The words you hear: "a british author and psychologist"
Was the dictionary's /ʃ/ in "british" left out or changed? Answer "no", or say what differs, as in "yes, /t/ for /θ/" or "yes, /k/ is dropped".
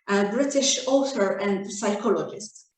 no